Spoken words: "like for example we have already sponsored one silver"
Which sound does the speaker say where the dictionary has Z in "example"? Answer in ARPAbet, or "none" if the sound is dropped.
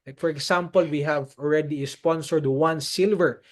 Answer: S